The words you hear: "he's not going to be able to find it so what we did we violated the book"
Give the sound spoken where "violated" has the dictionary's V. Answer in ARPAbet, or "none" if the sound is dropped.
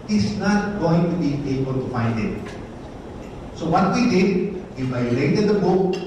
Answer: F